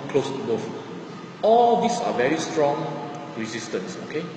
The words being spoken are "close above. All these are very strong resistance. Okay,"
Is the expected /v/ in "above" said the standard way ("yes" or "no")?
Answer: no